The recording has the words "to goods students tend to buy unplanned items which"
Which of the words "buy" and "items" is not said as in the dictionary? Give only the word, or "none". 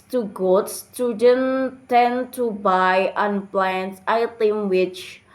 items